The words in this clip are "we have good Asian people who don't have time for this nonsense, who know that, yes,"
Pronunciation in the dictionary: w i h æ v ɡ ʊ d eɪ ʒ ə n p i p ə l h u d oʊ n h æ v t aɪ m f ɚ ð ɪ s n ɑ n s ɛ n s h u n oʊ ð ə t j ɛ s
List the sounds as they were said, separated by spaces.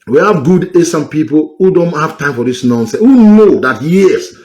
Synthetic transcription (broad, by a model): w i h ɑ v ɡ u d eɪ s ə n p i p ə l h u d oʊ n h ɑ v t aɪ m f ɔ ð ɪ s n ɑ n s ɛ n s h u n oʊ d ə t j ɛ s